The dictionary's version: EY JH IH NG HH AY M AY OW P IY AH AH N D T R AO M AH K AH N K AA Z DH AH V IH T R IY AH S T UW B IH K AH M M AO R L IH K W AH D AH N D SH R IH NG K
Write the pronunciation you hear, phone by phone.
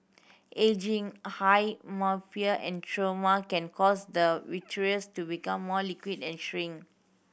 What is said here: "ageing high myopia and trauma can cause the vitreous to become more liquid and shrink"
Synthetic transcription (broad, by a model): EY JH IH NG HH AY M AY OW F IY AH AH N T R AO M AH K AH N K AA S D AH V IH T R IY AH S T UW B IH K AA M M AO L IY K W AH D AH N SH R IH NG